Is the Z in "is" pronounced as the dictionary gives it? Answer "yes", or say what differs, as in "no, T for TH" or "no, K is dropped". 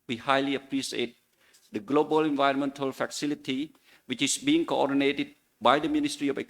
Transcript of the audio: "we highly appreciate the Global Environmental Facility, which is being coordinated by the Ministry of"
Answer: no, S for Z